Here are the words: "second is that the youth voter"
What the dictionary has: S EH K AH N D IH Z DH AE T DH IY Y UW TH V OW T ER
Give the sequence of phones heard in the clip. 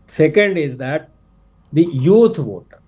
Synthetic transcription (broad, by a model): S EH K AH N D IH Z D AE T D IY Y UW T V OW T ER